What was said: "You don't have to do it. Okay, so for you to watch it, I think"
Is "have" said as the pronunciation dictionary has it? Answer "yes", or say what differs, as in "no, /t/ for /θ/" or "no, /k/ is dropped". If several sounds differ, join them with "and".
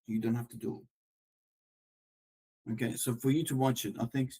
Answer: no, /f/ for /v/